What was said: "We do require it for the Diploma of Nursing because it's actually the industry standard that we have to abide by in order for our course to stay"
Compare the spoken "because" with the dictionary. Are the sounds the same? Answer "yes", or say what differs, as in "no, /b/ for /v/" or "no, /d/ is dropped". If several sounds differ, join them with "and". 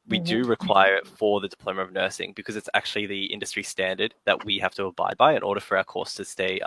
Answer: yes